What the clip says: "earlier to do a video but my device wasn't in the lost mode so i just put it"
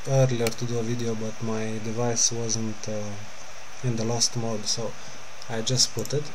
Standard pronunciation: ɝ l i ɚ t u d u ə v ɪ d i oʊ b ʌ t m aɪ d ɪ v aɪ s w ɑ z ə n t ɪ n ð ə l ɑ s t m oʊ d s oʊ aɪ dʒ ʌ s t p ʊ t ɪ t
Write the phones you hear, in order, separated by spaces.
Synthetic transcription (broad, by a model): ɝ l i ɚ t u d u ə v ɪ d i oʊ b ʌ t m aɪ d ɪ v aɪ s w ɑ z ə n t ɪ n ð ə l ɑ s t m oʊ d s oʊ aɪ dʒ ʌ s t p ʊ t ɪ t